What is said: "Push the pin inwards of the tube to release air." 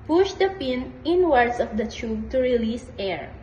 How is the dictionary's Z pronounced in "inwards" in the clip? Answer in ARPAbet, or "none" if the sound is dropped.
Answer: S